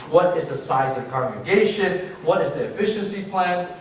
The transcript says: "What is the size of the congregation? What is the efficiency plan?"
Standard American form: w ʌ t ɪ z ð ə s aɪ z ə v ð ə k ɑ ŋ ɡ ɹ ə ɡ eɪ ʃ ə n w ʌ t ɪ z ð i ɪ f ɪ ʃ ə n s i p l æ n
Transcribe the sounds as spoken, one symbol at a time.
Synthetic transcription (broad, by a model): w ʌ t ɪ z ð ə s aɪ z ə v k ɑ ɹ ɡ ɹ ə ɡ eɪ ʃ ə n w ʌ t ɪ z ð i ɪ f ɪ ʃ ə n s i p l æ n